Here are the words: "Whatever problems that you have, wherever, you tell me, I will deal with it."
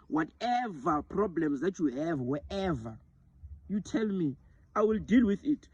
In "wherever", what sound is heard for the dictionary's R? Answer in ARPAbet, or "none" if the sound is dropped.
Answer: none